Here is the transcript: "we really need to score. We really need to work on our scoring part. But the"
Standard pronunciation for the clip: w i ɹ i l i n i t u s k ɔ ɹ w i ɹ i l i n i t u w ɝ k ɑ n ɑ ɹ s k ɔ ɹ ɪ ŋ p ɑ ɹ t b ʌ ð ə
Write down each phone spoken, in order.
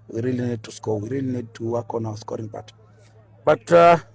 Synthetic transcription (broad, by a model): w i ɹ i l i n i t u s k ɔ w i ɹ i l i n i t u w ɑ k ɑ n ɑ w s k ɔ ɹ ɪ ŋ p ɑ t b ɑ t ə